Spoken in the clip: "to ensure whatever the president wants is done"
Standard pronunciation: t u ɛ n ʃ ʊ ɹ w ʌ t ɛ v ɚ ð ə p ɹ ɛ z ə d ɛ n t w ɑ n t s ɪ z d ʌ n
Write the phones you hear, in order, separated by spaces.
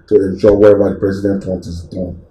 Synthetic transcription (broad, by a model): t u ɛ n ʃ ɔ w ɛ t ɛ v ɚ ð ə p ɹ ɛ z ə d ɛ n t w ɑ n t ɪ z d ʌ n